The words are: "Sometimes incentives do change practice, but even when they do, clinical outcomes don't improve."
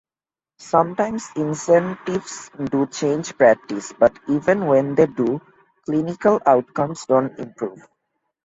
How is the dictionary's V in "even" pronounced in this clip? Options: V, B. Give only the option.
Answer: V